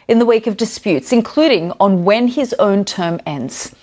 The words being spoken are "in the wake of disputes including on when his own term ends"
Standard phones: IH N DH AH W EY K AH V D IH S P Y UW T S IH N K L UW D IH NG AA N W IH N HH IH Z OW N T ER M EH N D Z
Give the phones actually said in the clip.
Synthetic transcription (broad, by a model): IH N DH AH W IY K AH V D IH S P Y UW T S IH N K L UW D IH NG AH N W IH N IH Z OW N T ER M EH N D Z